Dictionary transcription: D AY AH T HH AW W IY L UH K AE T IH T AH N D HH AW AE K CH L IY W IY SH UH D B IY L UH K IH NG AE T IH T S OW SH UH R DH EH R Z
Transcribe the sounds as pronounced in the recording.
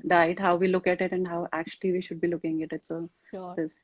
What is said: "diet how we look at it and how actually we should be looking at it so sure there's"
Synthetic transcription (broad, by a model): D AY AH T HH AW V IY L UH K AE T IH T AH N D HH AW AE K CH L IY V IY SH UH D B IY L UH K IH NG AE T IH T S OW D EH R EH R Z